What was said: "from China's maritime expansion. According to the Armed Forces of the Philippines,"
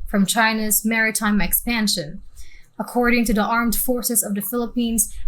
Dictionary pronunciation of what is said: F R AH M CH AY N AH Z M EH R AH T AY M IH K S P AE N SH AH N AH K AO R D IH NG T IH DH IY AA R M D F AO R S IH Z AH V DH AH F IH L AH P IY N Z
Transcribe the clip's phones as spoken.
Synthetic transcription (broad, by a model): F R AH M CH AY N AH Z M EH R AH T AY M IH K S P AE N SH AH N AH K AO R D IH NG T IH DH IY AA R M D F AO R S IH Z AH V DH AH F IH L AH P IY N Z